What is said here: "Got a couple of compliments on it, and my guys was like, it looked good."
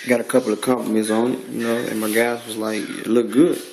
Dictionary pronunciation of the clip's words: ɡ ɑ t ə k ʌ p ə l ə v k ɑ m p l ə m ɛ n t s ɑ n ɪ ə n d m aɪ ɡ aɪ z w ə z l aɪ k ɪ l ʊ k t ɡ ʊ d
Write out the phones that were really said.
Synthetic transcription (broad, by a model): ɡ ɑ t ə k ʌ p l ə v k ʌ m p ə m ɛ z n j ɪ n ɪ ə n m aɪ ɡ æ s w ə z l aɪ k ɪ l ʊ t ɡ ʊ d